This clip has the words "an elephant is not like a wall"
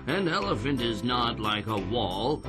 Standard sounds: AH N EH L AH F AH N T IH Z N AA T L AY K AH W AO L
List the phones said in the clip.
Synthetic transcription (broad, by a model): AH N EH L AH F AH N T IH Z N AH T L AY K AH W AO L